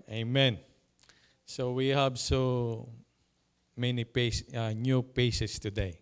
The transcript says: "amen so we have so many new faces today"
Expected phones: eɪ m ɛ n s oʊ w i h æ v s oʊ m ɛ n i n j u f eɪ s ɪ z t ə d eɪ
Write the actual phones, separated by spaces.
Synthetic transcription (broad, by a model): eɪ m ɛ n s oʊ w i h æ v s oʊ m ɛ n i n j u p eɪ s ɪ s t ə d eɪ